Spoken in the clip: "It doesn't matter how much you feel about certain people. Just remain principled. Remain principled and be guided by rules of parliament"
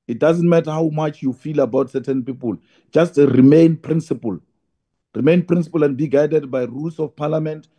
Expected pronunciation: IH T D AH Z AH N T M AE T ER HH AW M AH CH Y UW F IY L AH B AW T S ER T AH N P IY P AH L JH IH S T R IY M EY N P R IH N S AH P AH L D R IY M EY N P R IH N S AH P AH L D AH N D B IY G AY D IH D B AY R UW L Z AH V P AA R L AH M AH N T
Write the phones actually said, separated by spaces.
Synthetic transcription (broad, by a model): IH T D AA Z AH N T M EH T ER HH AW M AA CH Y UW F IY L AH B AW T S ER T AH N P IY P AH L JH IH S T R IY M EY N P R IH N S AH P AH L R IY M EY N P R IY N S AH P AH L AH N D B IY G AY D IH D B AY R UW L S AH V P AA L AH M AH N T